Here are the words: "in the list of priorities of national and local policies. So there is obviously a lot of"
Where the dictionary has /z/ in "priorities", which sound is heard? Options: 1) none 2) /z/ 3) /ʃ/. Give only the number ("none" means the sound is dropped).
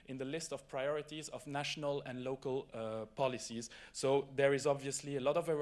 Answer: 2